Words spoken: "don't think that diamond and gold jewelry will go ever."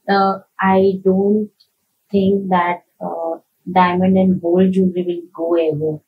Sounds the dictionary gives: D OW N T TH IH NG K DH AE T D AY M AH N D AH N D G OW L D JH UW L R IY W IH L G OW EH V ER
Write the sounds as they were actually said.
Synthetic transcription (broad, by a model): D OW N T T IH NG K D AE T D AY M AH N D AH N D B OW L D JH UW R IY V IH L G OW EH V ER